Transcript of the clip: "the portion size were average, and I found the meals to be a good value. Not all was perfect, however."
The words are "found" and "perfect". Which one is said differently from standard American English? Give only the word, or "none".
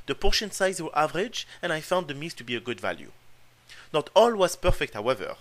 none